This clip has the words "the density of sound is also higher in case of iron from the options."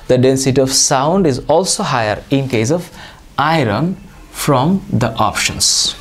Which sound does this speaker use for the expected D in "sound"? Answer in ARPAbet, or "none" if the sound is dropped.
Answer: D